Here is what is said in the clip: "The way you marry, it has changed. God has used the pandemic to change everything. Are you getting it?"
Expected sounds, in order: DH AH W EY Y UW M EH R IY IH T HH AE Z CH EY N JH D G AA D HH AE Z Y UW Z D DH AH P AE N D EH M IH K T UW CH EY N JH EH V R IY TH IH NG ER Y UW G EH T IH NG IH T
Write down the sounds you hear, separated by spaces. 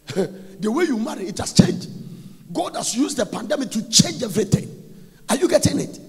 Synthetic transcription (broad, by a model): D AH W EY Y UW M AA R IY IH T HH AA S CH EY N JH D G AA D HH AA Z Y UW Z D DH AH P AE N D EH M IH K T UW CH EY N JH EH V R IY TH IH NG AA Y UW G EH T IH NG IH T